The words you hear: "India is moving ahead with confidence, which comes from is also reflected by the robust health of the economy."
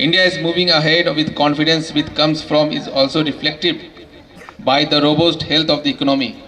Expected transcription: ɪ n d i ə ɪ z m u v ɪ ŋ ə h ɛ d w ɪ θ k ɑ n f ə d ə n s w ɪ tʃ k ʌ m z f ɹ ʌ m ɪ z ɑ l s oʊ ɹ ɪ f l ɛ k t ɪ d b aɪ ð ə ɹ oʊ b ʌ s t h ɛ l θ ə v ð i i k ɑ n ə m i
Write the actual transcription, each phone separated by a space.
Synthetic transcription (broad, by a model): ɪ n d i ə ɪ z m u v ɪ ŋ ə h ɛ d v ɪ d k ɑ n f ə d ə n s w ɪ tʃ k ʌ m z f ɹ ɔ m ɪ z ɑ l s oʊ ɹ ɪ f l ɛ k t ɪ d b aɪ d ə ɹ oʊ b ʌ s t h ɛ l t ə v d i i k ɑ n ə m i